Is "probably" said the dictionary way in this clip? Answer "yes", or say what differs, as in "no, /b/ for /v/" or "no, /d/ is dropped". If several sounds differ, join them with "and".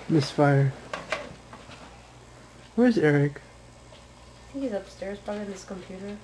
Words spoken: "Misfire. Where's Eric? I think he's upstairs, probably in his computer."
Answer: no, /l/ is dropped